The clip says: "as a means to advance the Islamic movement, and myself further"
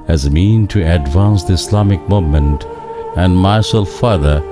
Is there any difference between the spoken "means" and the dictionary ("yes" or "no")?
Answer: yes